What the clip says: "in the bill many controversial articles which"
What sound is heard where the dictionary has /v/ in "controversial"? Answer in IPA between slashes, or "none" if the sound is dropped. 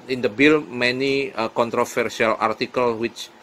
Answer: /f/